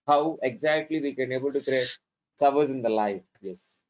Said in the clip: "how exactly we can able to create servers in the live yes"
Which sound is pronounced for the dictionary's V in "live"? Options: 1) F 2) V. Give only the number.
1